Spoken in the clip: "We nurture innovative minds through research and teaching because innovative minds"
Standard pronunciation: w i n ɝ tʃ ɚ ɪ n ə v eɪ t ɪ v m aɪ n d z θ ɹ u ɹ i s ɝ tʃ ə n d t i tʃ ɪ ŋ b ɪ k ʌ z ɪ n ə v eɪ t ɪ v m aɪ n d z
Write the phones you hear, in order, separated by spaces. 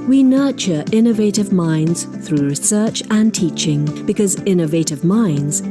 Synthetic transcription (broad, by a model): w i n ɝ tʃ ɚ ɪ n ə v eɪ t ɪ v m aɪ n d z θ ɹ u ɹ i s ɝ tʃ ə n t i tʃ ɪ ŋ b ɪ k ʌ z ɪ n ə v eɪ t ɪ v m aɪ n d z